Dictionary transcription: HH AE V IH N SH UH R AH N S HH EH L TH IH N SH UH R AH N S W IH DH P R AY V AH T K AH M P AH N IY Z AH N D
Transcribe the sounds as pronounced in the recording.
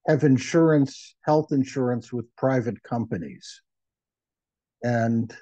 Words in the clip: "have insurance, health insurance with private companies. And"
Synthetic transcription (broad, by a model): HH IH V IH N SH UH R AH N S HH EH L TH IH N SH UH R AH N S W IH DH P R AY V AH T K AH M P AH N IY Z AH N